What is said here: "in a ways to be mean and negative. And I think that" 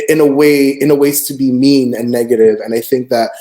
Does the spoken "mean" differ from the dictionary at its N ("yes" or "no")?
no